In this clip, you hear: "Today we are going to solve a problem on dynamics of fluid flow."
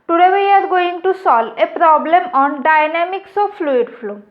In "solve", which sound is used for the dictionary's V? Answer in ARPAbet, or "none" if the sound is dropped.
none